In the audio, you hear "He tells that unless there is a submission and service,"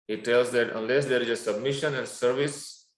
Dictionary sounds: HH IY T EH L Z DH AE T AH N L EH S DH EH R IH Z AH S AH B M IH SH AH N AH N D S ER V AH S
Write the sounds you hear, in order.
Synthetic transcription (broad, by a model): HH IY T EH L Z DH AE T AH N L EH S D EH R IH Z AH S AH B M IH SH AH N AH N D S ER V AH S